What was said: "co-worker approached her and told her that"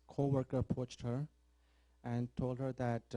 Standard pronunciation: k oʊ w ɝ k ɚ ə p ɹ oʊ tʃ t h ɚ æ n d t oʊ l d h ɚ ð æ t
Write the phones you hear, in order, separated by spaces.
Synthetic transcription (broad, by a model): k oʊ w ɝ k ɚ p oʊ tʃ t h ɚ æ n t oʊ l d h ɚ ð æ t